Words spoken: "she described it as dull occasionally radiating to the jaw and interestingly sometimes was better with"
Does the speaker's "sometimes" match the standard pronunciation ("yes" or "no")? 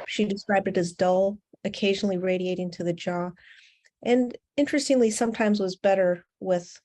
yes